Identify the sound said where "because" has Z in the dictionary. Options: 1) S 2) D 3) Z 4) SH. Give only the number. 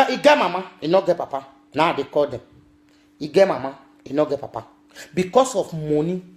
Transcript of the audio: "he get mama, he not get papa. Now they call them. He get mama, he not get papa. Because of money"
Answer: 1